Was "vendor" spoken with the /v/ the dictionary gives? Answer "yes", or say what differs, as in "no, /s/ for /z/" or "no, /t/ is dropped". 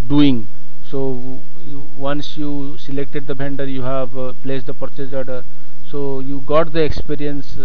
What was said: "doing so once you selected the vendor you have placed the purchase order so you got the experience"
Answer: no, /b/ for /v/